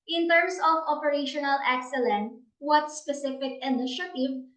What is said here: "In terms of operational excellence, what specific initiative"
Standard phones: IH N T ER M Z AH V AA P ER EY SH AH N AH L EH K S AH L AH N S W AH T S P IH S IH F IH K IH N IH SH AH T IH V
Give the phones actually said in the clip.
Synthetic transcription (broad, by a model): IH N T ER M S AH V AA P ER EY SH AH N AH L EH K S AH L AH N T W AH T S P IH S IH F IH K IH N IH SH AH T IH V